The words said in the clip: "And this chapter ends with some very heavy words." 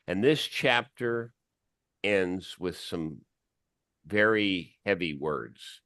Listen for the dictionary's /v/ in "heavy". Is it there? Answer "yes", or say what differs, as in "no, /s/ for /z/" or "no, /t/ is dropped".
yes